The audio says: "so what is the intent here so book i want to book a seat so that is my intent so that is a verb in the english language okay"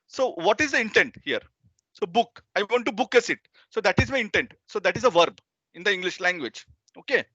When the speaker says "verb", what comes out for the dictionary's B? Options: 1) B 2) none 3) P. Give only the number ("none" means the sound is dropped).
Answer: 1